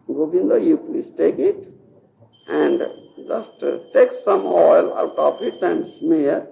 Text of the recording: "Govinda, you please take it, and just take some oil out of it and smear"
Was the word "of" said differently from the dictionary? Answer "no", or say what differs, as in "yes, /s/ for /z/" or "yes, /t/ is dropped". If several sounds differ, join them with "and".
yes, /p/ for /v/